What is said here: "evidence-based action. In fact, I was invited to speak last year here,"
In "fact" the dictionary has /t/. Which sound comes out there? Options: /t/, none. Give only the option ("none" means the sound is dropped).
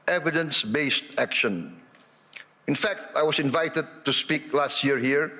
/t/